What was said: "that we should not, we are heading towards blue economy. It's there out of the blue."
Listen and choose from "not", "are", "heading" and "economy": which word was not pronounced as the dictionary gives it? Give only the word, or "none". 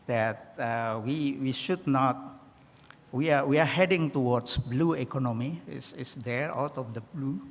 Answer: are